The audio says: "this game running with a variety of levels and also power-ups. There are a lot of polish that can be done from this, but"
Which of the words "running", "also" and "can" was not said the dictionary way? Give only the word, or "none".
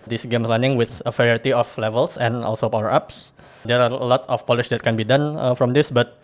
running